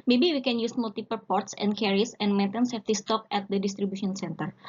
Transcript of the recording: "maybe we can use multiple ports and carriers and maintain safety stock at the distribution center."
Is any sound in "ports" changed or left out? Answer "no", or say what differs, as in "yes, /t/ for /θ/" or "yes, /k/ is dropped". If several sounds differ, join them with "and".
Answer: no